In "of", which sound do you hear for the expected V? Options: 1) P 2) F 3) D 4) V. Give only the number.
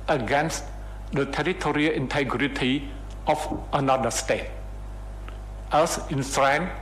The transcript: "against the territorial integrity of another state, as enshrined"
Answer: 2